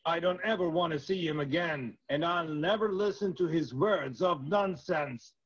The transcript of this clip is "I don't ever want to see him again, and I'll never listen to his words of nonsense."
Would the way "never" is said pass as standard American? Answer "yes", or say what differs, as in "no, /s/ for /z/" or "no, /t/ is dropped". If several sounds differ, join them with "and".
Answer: yes